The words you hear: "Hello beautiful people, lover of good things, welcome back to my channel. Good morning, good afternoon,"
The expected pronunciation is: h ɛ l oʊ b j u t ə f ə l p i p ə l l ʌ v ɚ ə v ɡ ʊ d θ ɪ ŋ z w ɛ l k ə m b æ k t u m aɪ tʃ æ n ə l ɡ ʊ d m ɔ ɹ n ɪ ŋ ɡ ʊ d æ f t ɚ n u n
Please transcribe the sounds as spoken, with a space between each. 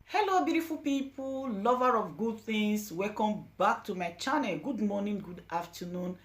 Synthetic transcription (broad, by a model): h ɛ l oʊ b j u t ə f ə l p i p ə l l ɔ v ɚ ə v ɡ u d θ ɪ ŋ s w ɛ k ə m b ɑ k t u m aɪ tʃ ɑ n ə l ɡ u d m ɔ n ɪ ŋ ɡ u d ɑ f t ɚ n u n